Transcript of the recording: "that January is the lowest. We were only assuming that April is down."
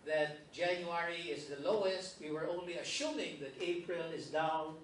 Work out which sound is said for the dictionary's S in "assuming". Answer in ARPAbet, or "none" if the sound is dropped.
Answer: SH